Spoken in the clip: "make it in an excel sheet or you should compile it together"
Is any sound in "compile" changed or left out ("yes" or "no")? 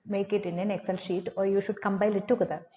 yes